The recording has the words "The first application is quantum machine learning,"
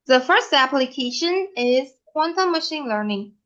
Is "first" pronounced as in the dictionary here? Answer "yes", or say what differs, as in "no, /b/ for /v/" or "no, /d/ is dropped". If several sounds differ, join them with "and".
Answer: yes